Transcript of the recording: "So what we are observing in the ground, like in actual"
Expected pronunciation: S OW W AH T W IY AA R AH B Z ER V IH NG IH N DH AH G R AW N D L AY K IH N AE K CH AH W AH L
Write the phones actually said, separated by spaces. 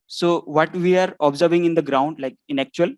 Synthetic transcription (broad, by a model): S OW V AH T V IY AA R AH B Z ER V IH NG IH N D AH G R AW N D L AY K IH N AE K CH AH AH L